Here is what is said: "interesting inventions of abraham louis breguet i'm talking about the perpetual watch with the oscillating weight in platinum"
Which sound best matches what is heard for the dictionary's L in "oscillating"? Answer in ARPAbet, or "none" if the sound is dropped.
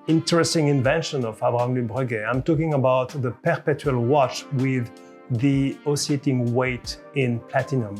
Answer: none